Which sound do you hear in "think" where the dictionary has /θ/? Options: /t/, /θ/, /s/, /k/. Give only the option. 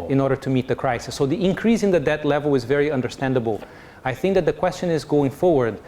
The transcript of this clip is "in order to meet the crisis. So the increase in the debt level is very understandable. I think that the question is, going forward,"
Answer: /θ/